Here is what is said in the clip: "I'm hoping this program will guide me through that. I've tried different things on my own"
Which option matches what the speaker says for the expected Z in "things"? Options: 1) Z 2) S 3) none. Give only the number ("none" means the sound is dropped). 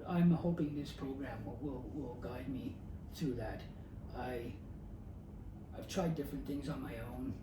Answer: 1